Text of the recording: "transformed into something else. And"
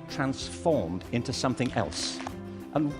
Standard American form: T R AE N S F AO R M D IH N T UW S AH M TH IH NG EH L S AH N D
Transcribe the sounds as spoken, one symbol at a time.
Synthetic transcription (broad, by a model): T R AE N S F AO R M D IH N T UW S AH M TH IH NG EH L S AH N